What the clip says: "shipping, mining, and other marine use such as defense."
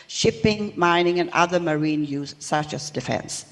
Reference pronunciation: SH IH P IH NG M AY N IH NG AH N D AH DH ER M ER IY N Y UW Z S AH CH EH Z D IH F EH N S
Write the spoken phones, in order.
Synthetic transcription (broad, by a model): SH IH P IH NG M AY N IH NG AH N AH DH ER M ER IY N Y UW Z S AH CH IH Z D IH F EH N S